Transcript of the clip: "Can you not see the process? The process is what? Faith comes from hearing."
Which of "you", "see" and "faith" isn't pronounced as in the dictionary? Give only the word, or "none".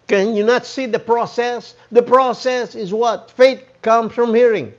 faith